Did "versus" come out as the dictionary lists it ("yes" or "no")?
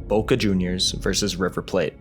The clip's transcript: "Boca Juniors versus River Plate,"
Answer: yes